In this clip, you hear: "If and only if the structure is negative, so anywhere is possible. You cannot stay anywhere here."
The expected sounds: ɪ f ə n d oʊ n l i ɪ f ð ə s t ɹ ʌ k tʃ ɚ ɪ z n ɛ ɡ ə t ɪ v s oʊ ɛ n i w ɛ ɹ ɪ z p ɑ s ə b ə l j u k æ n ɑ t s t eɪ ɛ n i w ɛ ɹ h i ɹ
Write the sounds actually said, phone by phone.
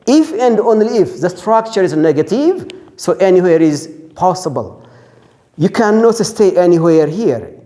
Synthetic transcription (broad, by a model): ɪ f ə n d oʊ n l i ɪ f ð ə s t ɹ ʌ k tʃ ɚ ɪ z n ɛ ɡ ə t ɪ v s oʊ ɛ n i w ɛ ɹ ɪ z p ɑ s ə b ə l j u k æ n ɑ t s t eɪ ɛ n i w ɛ ɹ h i ɹ